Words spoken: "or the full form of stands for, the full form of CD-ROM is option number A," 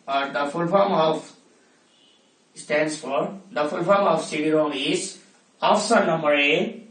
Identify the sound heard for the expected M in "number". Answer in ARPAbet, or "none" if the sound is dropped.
M